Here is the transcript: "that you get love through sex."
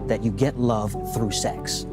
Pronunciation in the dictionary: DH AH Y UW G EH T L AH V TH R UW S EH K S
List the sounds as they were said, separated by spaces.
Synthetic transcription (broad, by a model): DH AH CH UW G EH T L AH V TH R UW S EH K S